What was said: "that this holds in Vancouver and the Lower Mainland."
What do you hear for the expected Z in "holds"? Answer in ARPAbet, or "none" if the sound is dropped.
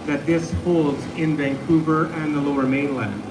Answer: Z